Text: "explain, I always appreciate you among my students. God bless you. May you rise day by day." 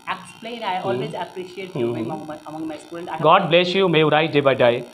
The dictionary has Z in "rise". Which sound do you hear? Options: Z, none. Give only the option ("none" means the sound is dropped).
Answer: none